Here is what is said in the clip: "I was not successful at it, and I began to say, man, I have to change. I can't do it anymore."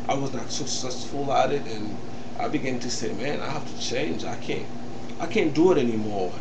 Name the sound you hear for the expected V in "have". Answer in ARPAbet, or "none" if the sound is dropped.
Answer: F